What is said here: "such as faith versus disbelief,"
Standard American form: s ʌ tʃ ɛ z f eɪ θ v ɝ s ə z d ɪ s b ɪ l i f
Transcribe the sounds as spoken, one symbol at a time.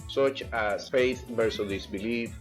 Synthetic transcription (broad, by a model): s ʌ tʃ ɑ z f eɪ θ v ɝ s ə d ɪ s b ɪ l i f